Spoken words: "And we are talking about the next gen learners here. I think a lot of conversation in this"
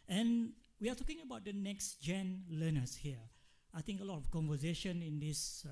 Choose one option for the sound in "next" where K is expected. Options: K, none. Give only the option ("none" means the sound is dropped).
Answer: K